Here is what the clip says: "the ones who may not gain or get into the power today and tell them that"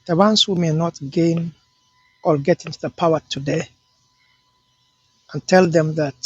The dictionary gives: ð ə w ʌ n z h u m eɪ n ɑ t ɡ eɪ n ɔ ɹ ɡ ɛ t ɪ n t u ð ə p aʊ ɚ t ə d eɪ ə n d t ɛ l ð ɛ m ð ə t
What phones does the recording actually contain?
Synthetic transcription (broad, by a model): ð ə w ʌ n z h u m eɪ n ɑ t ɡ eɪ n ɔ l ɡ ɛ t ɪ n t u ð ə p aʊ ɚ t ə d eɪ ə n t ɛ l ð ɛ m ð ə t